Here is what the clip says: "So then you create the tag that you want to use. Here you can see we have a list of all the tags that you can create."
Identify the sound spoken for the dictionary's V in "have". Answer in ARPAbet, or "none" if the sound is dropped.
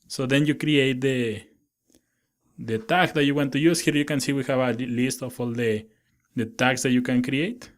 B